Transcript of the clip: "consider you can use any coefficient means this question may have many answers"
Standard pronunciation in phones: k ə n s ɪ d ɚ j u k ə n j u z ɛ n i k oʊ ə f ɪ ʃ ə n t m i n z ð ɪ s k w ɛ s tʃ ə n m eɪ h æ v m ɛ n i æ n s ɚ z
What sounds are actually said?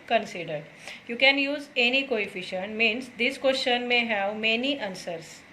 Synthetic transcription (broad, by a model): k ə n s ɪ d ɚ j u k ə n j u z ɛ n i k oʊ ə f ɪ ʃ ə n t m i n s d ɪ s k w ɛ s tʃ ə n m eɪ h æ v m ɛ n i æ n s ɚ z